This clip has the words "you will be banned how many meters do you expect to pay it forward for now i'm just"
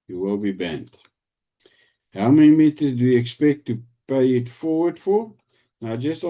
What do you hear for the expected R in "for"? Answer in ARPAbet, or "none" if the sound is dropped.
R